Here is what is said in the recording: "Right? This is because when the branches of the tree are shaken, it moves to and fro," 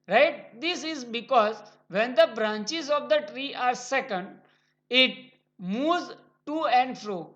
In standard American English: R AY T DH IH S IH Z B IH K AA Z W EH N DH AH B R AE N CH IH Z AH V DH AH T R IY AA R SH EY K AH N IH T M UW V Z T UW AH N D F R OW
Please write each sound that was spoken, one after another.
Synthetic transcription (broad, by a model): R AY T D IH S IH Z B IH K AA Z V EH N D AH B R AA N CH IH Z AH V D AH T R IY AA R S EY K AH N IH T M UW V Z T UW AH N D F R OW